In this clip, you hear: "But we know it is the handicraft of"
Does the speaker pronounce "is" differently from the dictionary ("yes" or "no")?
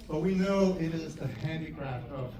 no